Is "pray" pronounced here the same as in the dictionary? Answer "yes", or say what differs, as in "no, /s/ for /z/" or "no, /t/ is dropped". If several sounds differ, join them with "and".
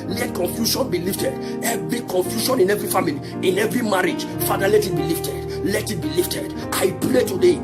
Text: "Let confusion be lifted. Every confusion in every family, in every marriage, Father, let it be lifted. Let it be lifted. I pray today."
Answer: no, /l/ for /ɹ/